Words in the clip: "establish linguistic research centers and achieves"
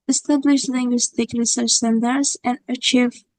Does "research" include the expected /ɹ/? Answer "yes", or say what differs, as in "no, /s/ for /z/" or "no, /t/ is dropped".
no, /l/ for /ɹ/